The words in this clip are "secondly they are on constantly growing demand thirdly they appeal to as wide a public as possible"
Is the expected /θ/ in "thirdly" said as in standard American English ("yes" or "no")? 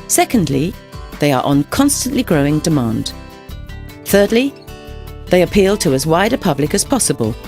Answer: yes